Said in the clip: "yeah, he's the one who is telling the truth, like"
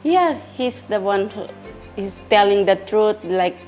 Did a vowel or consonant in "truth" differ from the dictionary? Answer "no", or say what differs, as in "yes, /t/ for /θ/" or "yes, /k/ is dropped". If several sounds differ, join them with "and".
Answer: yes, /t/ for /θ/